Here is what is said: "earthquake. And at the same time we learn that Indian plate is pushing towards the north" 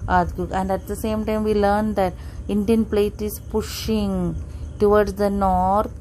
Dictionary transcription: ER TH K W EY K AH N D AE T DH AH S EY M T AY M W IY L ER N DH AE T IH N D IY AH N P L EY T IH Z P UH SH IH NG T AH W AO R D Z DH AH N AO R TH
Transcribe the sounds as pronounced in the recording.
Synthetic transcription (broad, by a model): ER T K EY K AH N D AE T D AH S EY M T AY M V IY L ER N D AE T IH N D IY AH N P L EY T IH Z P UH SH IH NG T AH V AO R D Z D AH N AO R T